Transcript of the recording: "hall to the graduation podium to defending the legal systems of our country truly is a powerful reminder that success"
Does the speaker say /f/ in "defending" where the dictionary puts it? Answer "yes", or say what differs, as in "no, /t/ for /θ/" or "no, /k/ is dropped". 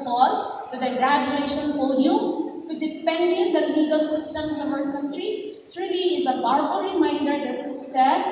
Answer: no, /p/ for /f/